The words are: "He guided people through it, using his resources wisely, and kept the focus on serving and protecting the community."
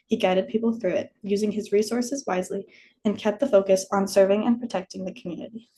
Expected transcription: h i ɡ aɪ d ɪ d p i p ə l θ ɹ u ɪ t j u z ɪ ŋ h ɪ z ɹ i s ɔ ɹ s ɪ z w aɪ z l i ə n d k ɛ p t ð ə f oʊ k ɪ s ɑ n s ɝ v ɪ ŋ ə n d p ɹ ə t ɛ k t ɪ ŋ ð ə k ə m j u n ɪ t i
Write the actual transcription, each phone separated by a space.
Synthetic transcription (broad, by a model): h i ɡ aɪ d ɪ d p i p l θ ɹ u ɪ t j u z ɪ ŋ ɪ z ɹ i s ɔ ɹ s ɪ z w aɪ z l i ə n k ɛ p t ð ə f oʊ k ɪ s n s ɝ v ɪ ŋ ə n p ɹ ə t ɛ k t ɪ ŋ ð ə k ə m j u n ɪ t i